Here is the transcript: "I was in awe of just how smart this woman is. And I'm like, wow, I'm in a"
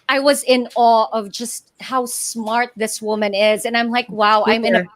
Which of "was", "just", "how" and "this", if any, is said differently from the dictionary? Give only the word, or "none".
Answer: none